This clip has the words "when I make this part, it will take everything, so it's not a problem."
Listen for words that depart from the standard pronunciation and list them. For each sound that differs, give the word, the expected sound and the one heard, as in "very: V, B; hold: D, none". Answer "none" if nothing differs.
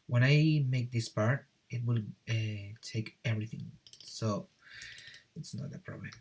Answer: none